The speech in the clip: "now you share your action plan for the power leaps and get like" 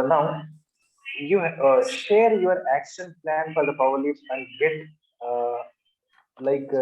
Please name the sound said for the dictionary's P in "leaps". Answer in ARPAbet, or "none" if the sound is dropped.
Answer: none